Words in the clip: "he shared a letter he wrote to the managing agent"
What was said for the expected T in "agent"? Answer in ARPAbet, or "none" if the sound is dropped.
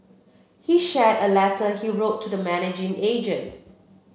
T